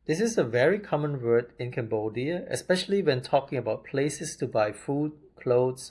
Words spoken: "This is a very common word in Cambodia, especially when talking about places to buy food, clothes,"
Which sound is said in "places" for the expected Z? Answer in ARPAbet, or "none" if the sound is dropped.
S